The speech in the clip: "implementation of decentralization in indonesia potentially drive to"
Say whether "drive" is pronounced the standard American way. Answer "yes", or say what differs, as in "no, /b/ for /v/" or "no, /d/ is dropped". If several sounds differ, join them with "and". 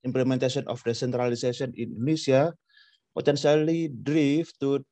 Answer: no, /f/ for /v/